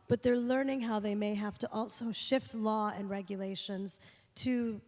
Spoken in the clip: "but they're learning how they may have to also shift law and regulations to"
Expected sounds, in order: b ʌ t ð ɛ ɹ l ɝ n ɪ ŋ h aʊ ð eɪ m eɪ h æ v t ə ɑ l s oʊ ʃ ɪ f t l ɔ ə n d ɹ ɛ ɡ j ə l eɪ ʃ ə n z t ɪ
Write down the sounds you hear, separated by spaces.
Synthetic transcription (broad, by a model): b ʌ t ð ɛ ɹ l ɝ n ɪ ŋ h aʊ ð eɪ m eɪ h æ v t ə ɑ l s oʊ ʃ ɪ f t l ɔ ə n ɹ ɛ ɡ j ə l eɪ ʃ ə n z t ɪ